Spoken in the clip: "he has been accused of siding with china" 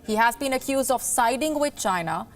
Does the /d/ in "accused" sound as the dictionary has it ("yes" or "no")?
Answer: yes